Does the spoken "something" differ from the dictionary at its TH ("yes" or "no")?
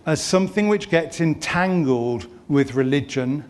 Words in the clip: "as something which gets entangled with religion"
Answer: no